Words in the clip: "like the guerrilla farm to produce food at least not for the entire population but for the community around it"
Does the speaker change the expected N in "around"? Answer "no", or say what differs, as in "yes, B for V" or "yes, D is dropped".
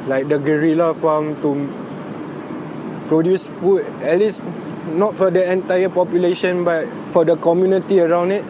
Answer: no